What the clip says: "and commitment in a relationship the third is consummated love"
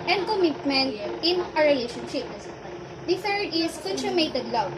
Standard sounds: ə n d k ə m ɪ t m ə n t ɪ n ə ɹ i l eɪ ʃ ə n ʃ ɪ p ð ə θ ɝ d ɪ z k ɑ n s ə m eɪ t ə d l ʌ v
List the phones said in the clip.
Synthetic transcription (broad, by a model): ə n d k ə m ɪ t m ə n t ɪ n ə ɹ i l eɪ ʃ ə n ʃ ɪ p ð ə f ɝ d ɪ s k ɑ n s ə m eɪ t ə d l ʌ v